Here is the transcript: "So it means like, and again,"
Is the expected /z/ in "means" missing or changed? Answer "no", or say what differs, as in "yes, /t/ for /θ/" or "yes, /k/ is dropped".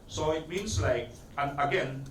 yes, /s/ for /z/